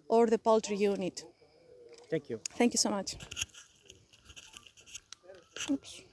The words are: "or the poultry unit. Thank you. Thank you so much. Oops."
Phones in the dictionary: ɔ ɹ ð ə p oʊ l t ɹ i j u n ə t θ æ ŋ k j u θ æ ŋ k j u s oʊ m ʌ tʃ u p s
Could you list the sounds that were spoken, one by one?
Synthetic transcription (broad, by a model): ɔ ɹ ð ə p oʊ l t ɹ i j u n ə t θ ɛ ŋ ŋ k j u s oʊ m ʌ tʃ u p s